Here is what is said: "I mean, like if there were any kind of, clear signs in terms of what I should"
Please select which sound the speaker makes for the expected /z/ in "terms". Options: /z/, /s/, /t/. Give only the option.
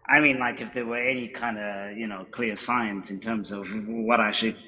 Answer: /z/